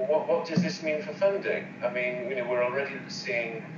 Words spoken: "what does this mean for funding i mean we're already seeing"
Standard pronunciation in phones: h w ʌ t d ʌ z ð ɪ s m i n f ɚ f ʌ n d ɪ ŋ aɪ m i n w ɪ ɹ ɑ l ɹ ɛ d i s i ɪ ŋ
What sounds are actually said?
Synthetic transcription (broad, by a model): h w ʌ t d ʌ z ð ɪ s m i n f ɚ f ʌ n d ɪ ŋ aɪ m i n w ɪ w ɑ l ɹ ɛ d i s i ɪ ŋ